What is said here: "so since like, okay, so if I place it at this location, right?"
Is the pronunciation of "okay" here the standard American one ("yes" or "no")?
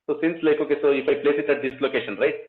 yes